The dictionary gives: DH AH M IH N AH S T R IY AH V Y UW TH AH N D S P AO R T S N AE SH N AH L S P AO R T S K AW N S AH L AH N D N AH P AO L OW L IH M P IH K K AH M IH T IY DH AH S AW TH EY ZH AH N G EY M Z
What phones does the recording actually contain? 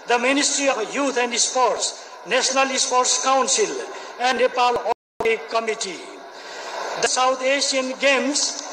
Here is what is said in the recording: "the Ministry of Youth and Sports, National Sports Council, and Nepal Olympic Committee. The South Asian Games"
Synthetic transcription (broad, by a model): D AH M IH N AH S T R IY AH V Y UW T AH N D S P AO R T S N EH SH N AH L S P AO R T S K AW N S AH L AH N D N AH P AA L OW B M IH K K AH M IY T IY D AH S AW T EY SH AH N G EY M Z